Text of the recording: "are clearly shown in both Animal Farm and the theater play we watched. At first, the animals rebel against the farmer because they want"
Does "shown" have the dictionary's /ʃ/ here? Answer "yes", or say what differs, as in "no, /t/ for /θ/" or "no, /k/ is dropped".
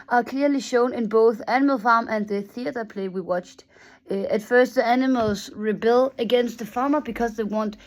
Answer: yes